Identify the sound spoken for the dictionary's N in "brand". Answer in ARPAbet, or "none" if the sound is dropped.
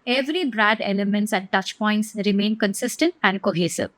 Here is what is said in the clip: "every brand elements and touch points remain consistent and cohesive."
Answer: none